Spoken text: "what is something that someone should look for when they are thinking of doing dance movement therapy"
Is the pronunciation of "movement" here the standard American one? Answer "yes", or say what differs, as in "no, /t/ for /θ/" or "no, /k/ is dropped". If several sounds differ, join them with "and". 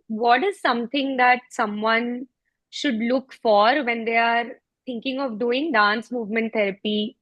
yes